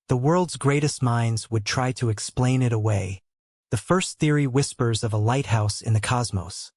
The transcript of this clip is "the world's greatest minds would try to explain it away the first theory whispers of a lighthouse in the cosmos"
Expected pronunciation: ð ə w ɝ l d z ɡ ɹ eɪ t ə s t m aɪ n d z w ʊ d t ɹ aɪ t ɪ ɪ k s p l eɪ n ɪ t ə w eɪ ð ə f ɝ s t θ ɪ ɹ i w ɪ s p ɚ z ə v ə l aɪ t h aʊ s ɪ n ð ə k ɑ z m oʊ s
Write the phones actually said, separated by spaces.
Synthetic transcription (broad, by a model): ð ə w ɝ l d z ɡ ɹ eɪ t ə s t m aɪ n d z w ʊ d t ɹ aɪ t ɪ ɪ k s p l eɪ n ɪ t ə w eɪ ð ə f ɝ s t θ ɪ ɹ i w ɪ s p ɚ z ə v ə l aɪ t h aʊ s ɪ n ð ə k ɑ z m oʊ s